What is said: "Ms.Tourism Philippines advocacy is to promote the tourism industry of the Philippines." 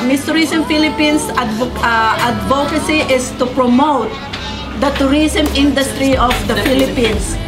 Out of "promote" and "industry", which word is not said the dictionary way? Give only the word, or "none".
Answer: none